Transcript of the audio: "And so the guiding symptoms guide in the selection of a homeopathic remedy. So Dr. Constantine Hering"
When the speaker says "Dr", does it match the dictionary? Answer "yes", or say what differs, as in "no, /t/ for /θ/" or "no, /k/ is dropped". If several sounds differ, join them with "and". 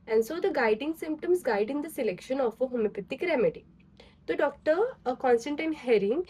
yes